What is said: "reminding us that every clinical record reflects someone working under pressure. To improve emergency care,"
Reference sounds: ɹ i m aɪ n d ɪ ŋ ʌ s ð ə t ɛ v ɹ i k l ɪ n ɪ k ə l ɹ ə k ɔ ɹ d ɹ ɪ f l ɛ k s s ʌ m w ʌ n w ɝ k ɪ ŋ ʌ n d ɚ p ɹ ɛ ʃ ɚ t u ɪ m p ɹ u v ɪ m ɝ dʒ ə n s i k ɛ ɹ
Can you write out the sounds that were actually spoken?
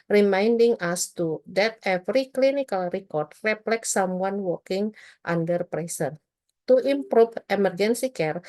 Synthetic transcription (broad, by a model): ɹ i m aɪ n d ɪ ŋ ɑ s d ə t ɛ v ɹ i k l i n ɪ k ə l ɹ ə k ɔ ɹ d ɹ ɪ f l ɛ k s s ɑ m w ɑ n w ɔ k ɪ ŋ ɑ n d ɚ p ɹ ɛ s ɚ t u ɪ m p ɹ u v ɪ m ɝ dʒ ə n s i k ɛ ɹ